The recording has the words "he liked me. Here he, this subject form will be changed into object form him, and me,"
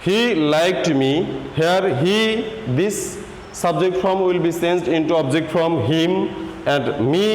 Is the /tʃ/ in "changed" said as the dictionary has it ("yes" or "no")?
no